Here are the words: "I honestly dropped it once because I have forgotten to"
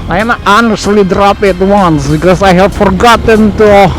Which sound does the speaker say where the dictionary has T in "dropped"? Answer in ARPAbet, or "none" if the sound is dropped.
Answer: none